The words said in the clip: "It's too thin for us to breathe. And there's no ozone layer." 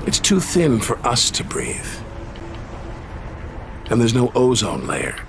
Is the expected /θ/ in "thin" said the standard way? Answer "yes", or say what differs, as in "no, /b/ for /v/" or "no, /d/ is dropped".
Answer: yes